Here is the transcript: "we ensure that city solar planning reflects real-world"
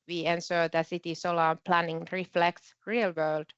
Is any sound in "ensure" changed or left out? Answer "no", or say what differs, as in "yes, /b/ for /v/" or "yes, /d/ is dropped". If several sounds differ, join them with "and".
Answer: yes, /s/ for /ʃ/